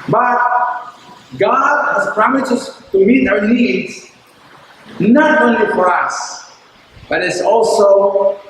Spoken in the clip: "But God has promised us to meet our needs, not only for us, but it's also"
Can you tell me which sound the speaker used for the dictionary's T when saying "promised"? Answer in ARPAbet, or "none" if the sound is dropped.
none